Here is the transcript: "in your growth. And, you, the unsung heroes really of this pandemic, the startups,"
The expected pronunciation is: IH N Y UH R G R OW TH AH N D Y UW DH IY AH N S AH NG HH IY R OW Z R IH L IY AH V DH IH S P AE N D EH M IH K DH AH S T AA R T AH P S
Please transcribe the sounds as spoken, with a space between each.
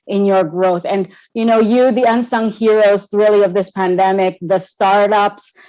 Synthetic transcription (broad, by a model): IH N Y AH R G R OW TH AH N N Y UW DH IY AH N S AH NG HH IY R OW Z R IH L IY AH V DH IH S P AE N D EH M IH K DH AH S T AA R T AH P S